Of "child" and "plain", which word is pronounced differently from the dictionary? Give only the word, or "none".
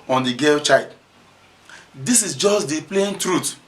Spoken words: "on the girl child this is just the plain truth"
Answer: child